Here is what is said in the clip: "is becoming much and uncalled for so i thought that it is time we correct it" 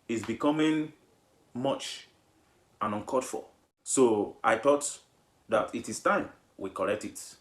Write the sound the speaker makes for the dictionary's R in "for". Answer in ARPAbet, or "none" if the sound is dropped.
L